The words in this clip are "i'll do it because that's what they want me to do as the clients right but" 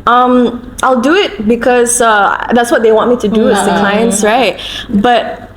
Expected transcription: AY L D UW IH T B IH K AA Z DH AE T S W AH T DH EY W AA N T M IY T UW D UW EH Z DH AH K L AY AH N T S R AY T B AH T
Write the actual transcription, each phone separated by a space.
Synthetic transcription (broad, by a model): AY L D UW IH T B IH K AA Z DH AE T S W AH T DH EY W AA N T M IY T UW D UW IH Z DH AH K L AY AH N S R AY T B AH T